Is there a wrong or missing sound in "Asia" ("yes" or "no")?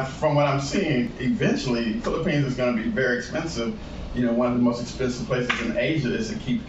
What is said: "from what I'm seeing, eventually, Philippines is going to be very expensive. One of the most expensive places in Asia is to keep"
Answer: no